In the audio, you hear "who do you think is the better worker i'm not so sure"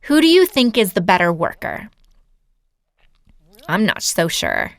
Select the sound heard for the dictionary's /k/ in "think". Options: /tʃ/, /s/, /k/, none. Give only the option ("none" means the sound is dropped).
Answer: /k/